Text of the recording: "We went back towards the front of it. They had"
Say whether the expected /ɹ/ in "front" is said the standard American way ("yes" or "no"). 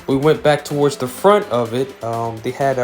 yes